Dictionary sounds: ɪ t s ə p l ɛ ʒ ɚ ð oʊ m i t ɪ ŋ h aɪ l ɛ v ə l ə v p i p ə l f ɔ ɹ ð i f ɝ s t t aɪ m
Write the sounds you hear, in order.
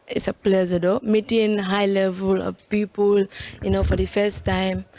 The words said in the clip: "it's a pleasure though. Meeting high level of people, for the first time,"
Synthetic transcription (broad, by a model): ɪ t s ə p l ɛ z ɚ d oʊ m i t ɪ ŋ h aɪ l ɛ v ə l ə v p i p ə l f ɔ ɹ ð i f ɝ s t t aɪ m